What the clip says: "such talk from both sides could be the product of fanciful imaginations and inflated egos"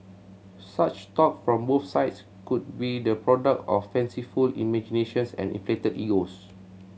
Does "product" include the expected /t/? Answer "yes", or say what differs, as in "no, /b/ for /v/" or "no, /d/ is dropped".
yes